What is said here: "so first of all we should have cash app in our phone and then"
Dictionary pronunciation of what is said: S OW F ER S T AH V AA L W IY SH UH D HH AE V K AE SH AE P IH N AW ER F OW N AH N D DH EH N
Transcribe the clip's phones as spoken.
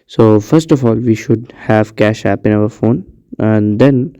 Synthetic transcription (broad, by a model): S OW F ER S T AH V AA L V IY SH UH D HH AE V K AE SH AE P IH N AW ER F OW N AH N D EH N